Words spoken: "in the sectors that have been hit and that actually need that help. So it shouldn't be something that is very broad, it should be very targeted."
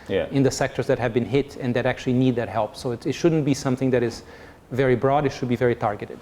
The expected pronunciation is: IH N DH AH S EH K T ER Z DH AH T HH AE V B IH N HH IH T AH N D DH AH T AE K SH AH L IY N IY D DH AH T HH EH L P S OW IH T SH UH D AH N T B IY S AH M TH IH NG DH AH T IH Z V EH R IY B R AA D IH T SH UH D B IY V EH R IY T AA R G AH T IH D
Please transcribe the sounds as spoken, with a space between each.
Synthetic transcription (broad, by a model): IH N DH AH S EH K T ER Z DH AH T HH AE V B IH N HH IH T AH N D DH AH T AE K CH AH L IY N IY D DH AH T HH EH L P S OW IH T SH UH D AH N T B IY S AH M TH IH NG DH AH T IH Z V EH R IY B R AA D IH T SH UH D B IY V EH R IY T AA R G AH T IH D